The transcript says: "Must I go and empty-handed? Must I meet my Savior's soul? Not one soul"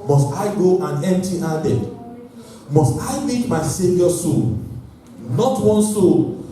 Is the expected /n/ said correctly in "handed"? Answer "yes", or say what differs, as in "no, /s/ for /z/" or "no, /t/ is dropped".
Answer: no, /n/ is dropped